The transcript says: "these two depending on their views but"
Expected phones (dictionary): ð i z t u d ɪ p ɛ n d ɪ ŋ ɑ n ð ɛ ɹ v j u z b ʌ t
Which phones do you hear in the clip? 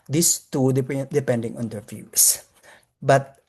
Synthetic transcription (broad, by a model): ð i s t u d ɪ p ɛ n d ɪ ŋ ɑ n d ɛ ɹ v j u s b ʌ t